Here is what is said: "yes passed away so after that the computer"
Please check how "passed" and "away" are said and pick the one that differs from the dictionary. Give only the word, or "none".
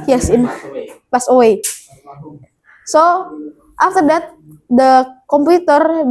passed